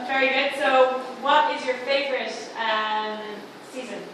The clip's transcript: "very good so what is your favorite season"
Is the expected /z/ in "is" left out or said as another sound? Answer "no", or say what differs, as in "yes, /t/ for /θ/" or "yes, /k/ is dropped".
no